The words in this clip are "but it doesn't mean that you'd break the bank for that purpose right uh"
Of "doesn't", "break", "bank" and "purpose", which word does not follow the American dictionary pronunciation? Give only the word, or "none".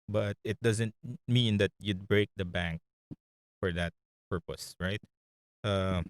none